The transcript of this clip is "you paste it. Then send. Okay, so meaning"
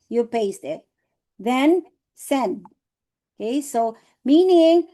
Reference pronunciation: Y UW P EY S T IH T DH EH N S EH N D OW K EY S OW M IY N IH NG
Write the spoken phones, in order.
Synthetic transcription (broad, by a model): Y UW P EY S T IH T DH EH N S EH N D OW K EY S OW M IY N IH NG